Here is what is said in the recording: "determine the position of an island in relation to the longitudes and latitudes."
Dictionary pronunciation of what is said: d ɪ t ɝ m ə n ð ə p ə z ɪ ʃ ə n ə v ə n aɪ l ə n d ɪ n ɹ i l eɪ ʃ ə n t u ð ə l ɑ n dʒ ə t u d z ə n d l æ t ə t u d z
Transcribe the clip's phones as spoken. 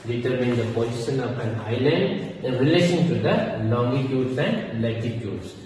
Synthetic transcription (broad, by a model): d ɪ t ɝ m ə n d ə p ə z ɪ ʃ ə n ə p ə n aɪ l ə n d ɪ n ɹ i l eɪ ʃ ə n t u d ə l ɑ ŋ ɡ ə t u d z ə n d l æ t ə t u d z